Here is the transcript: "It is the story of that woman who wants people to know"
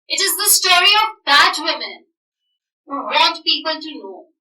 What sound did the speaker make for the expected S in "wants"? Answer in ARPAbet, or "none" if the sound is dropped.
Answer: none